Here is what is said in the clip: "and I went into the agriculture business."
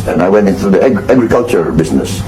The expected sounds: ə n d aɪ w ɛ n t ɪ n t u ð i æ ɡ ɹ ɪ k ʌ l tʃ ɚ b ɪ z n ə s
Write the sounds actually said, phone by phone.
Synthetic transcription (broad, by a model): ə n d aɪ w ɛ n t ɪ n t u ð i æ ɡ ɹ ɪ k ʌ l tʃ ɚ b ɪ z n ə s